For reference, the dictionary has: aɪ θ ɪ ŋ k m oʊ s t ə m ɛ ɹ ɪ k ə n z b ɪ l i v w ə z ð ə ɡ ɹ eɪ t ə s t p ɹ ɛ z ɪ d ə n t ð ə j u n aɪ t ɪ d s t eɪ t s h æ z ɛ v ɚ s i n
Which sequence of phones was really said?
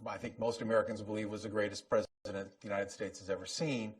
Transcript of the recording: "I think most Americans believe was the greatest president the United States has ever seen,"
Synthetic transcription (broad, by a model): aɪ θ ɪ ŋ k m oʊ s t ə m ɛ ɹ ɪ k ə n z b ɪ l i v w ə z ð ə ɡ ɹ eɪ t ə s p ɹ ɛ z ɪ d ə n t ð ə j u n aɪ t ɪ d s t eɪ t s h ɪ z ɛ v ɚ s i n